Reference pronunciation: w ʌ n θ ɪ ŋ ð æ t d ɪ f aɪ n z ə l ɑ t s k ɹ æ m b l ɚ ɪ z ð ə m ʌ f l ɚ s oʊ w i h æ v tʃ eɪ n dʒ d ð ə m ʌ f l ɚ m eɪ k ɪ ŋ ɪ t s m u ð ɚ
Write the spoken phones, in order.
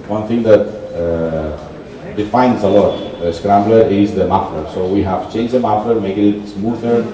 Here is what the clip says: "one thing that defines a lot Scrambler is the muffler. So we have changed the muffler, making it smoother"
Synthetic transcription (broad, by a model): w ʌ n t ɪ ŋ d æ t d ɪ f aɪ n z ə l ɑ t s k ɹ æ m b l ɚ ɪ z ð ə m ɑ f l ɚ s oʊ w i h æ v tʃ eɪ n dʒ d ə m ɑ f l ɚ m eɪ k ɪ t ɪ t s m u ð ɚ